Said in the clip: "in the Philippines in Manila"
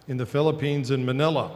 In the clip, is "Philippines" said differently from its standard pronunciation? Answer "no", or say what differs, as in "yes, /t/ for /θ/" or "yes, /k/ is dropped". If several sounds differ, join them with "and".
no